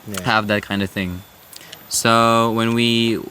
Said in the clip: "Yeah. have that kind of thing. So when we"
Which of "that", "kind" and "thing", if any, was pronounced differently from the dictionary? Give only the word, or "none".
none